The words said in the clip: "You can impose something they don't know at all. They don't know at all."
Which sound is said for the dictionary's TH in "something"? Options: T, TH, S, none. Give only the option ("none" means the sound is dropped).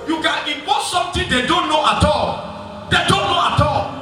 T